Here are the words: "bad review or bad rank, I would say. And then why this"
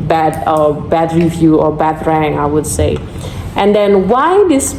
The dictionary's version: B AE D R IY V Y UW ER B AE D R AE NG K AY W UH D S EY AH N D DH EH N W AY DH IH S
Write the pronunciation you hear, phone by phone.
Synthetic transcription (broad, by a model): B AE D R IY V Y UW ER B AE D R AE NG AY W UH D S EY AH N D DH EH N W AY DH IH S